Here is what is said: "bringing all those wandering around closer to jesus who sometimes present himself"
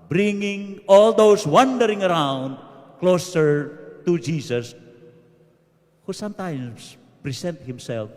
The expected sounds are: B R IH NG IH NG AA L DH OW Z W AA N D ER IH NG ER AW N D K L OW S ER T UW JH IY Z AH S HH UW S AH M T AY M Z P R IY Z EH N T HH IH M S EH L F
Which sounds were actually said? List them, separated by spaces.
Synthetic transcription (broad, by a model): B R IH NG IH NG AA L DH OW S W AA N D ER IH NG ER AW N D K L OW S ER T UW JH IY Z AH S HH UW S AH M T AY M S P R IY S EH N T HH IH M S EH L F